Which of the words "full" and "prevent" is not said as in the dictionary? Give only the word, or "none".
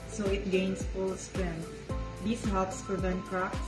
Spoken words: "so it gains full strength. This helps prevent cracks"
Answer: prevent